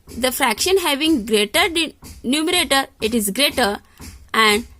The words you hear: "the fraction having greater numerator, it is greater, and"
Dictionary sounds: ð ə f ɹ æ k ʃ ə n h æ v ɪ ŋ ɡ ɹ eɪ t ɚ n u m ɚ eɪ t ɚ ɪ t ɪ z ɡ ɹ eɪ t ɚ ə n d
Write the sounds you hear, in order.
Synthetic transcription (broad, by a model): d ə f ɹ æ k ʃ ə n h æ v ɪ ŋ ɡ ɹ eɪ t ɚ n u m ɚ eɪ t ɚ ɪ t ɪ z ɡ ɹ eɪ t ɚ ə n d